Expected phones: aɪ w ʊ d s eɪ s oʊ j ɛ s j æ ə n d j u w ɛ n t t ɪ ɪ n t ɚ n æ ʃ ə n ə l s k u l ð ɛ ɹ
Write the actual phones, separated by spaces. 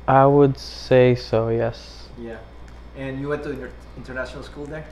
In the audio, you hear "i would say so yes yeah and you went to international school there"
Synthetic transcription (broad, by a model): aɪ w ʊ d s eɪ s oʊ j ɛ s j æ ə n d j u w ɛ n t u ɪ ɪ n t ɚ n æ ʃ ə n ə l s k u l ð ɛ ɹ